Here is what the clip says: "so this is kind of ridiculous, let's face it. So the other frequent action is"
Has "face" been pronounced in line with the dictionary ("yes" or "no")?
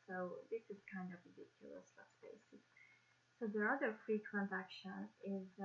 no